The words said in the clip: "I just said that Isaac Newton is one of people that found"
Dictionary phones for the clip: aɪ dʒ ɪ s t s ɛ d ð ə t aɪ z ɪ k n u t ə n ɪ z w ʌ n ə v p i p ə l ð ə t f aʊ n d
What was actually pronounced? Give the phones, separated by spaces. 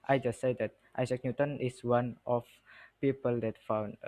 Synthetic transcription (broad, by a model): aɪ dʒ ɪ s t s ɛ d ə t aɪ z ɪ k n u t ə n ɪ s w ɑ n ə f p i p ə l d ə t f aʊ n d